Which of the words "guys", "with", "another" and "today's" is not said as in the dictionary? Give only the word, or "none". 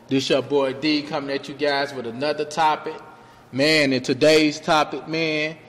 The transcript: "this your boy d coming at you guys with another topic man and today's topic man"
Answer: none